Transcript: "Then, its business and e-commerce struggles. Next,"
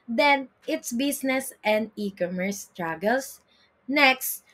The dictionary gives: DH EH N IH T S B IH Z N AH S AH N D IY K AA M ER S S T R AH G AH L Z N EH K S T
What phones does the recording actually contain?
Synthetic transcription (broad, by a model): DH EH N IH T S B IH S N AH S AH N D IY K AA M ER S S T R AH G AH L S N EH K S T